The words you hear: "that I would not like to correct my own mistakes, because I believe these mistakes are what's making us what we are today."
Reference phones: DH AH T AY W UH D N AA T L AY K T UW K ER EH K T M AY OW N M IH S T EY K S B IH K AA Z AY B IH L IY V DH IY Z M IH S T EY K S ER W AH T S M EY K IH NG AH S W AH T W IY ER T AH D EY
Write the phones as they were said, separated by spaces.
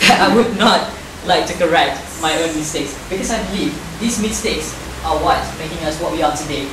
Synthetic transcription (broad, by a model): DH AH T AY W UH D N AA T L AY K T UW K ER EH K T M AY OW N M IH S T EY K S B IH K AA S AY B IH L IY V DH IY S M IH S T EY K S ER W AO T M EY K IH NG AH S W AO T W IY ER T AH D EY